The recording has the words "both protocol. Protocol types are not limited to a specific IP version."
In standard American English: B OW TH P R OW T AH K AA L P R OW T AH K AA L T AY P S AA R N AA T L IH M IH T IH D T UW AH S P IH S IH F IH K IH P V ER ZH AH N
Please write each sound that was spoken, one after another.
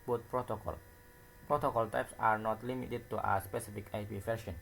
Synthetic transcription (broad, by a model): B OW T P R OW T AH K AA L P R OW T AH K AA L T AY P S AA R N AA T L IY M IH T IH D T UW AH S P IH S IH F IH K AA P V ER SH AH N